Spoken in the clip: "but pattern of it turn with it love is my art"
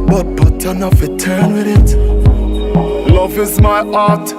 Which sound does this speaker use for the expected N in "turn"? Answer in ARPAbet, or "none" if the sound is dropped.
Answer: N